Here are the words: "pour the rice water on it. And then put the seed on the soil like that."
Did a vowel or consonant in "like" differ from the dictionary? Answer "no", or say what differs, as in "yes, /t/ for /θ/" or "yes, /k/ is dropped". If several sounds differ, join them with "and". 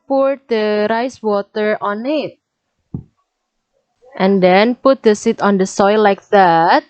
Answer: no